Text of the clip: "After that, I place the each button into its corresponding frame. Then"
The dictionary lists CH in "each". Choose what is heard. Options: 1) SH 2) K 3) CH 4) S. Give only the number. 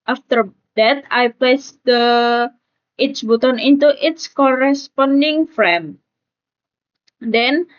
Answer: 4